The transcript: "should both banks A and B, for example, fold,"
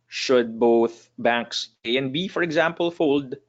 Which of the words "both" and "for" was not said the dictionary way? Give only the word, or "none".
none